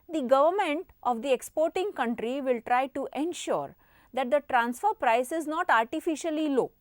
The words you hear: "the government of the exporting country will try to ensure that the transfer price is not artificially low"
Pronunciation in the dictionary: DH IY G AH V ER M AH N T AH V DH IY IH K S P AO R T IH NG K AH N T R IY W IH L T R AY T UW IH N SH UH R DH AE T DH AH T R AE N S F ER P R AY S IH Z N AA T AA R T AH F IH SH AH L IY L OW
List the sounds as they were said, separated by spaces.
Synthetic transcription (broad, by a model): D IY G AH V ER M AH N T AH V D IY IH K S P AO R T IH NG K AH N T R IY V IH L T R AY T UW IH N SH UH R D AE T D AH T R AE N S F ER P R AY S IH Z N AA T AA R T AH F IH SH AH L IY L OW